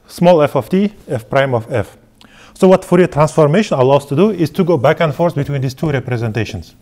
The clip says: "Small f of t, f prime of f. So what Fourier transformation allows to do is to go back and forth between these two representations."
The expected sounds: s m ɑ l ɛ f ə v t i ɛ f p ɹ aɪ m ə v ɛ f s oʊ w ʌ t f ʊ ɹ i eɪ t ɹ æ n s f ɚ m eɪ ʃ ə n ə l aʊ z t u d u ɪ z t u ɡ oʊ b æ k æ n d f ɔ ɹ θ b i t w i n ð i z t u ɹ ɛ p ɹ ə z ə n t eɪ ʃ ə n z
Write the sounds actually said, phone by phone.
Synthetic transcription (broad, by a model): s m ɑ l ɛ f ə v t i ɛ f p ɹ aɪ m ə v ɛ f s oʊ w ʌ t f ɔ ɹ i t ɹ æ n s f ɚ m eɪ ʃ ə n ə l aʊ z t u d u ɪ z t u ɡ oʊ b æ k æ n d f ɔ ɹ s b i t w i n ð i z t u ɹ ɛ p ɹ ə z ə n t eɪ ʃ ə n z